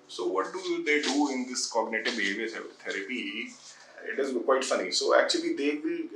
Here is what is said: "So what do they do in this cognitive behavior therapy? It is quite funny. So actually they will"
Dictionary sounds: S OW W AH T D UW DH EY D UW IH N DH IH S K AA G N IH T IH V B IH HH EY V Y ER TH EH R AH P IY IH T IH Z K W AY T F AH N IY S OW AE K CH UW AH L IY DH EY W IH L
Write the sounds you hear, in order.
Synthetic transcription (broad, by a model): S OW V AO T D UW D EY D UW IH N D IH S K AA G N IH T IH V B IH HH EY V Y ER T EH R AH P IY IH T IH Z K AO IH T F AH N IY S OW AE K CH UW AH L IY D EY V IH L